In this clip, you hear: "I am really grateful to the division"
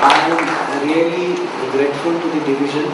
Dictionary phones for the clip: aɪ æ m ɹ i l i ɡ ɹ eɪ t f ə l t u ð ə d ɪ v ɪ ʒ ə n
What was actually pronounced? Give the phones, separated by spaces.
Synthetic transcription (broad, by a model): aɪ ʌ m ɹ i l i ɡ ɹ eɪ t f ə l t u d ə d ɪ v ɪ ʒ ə n